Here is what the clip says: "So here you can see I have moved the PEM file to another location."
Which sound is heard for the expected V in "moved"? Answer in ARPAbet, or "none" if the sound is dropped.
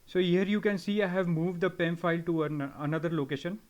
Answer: V